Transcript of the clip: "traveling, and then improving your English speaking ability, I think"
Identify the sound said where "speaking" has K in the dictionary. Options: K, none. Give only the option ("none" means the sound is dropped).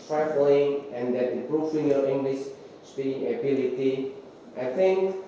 none